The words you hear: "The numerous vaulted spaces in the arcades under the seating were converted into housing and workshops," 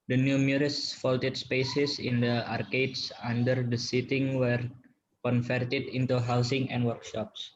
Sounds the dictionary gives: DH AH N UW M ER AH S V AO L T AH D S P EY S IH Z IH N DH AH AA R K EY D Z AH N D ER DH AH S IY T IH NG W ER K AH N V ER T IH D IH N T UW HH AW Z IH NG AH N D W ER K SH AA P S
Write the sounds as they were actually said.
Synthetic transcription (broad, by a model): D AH N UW M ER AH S F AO L T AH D S P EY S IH S IH N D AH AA R K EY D S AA N D ER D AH S IY T IH NG W ER K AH N F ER T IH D IH N T UW HH AW S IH NG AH N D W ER K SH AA P S